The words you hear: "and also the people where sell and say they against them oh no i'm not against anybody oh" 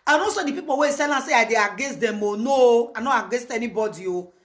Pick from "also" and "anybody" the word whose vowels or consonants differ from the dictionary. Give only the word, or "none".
also